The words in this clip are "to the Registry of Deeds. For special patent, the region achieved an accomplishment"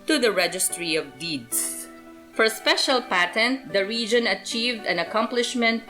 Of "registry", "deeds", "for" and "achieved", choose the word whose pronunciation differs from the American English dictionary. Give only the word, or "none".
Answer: deeds